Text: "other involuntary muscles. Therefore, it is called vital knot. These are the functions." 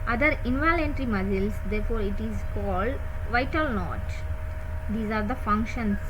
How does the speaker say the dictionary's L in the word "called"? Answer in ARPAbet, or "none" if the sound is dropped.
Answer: L